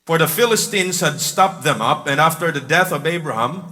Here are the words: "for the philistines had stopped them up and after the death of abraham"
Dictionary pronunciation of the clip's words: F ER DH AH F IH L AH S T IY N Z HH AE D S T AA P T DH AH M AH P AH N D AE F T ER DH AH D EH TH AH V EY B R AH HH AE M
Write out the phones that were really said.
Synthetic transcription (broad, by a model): F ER DH AH F IH L AH S T IY N Z HH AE D S T AA P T DH AH M AH P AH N AE F T ER DH AH D EH TH AH V EY B R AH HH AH M